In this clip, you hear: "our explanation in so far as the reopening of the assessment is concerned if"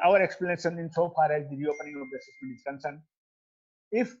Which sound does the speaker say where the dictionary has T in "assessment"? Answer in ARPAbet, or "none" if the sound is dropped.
none